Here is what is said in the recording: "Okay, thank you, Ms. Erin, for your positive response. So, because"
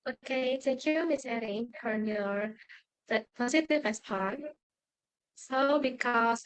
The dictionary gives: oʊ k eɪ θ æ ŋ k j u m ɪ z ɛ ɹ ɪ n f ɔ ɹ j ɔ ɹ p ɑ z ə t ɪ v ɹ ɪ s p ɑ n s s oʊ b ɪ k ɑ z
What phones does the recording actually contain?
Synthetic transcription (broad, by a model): oʊ k eɪ t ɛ k j u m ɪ s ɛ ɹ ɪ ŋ f ɔ ɹ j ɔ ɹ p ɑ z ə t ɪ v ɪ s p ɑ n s s oʊ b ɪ k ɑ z